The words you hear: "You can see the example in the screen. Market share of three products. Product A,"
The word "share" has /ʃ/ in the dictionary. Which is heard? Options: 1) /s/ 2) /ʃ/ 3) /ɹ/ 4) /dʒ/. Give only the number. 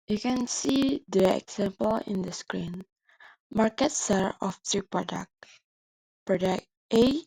1